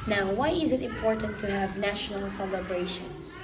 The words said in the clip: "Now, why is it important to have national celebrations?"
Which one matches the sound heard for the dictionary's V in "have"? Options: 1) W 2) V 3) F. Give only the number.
2